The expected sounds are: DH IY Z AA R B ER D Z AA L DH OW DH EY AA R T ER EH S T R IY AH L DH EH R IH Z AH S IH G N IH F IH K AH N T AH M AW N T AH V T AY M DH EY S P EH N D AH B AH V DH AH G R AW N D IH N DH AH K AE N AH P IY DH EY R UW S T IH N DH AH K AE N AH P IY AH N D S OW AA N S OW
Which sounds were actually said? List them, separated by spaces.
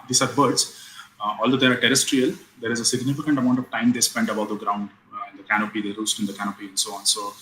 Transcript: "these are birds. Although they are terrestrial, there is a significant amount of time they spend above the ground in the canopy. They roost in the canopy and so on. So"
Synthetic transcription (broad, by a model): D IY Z AA R B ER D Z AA L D OW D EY AA R T ER EH S T R IY AH L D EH R IH Z AH S IH G N IH F IH K AH N T AH M AW N T AH V T AY M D EY S P EH N D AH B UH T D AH G R AW N D IH N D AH K AE N AH P IY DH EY R UW S T IH N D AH K AE N AH P IY AH N D S OW AA N S OW